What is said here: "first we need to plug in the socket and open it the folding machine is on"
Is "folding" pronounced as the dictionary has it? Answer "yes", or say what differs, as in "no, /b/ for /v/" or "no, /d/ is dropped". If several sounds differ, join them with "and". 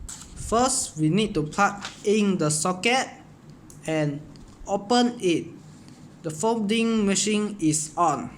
no, /l/ is dropped